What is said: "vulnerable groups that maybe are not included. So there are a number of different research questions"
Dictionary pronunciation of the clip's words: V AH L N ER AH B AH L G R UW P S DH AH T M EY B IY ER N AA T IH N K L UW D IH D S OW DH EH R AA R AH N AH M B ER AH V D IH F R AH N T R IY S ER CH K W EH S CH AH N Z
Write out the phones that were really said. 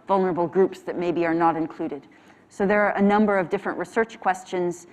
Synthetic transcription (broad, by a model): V AH L N ER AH B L G R UW P S DH AH T M EY B IY ER N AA T IH N K L UW D IH D S OW DH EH R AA R AH N AH M B ER AH V D IH F R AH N T R IY S ER CH K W EH S CH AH N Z